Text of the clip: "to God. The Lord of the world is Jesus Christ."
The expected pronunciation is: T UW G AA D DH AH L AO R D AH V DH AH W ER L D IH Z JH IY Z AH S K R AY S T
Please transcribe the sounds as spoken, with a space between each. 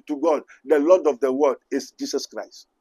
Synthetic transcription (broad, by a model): T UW G AA D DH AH L AO D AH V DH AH W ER D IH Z JH IY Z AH S K R AY S T